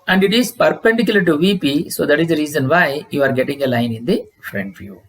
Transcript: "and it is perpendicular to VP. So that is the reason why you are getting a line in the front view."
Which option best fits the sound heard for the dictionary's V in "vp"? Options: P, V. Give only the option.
V